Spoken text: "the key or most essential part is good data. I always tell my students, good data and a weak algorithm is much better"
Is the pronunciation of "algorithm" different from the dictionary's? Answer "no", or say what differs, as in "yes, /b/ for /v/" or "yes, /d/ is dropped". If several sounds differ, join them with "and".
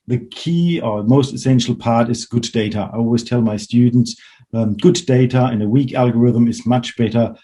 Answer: no